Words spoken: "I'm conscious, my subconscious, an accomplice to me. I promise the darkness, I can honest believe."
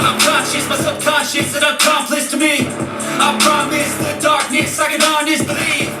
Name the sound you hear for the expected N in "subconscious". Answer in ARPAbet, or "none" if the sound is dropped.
none